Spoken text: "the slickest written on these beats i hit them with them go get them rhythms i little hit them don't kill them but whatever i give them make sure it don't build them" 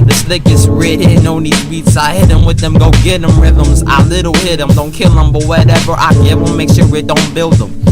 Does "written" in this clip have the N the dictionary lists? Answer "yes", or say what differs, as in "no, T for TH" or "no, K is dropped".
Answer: no, N is dropped